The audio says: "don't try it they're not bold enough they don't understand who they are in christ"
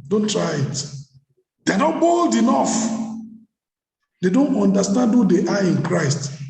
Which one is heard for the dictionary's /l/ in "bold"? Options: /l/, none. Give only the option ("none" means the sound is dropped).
/l/